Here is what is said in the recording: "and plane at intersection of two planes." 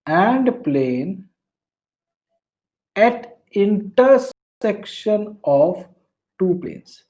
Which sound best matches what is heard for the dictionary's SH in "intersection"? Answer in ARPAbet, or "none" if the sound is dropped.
SH